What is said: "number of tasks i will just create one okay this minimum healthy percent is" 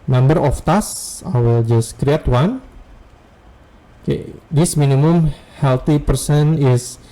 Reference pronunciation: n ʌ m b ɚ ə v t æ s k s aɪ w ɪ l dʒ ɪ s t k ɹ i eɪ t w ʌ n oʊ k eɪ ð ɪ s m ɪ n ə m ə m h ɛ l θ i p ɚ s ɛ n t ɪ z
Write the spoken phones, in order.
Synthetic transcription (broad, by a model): n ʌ m b ɚ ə f t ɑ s s aɪ w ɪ l dʒ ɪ s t k ɹ i eɪ t w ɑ n oʊ k eɪ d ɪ s m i n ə m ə m h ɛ l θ i p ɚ s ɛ n ɪ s